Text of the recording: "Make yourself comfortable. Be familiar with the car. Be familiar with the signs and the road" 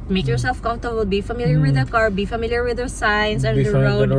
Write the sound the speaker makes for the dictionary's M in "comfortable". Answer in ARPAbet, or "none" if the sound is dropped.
none